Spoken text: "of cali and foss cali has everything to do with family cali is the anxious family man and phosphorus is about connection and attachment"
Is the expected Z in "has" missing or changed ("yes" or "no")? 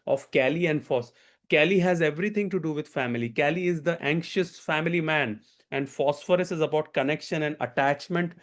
no